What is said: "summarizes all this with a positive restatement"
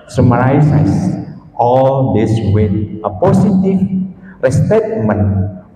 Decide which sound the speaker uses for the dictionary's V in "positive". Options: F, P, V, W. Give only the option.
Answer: F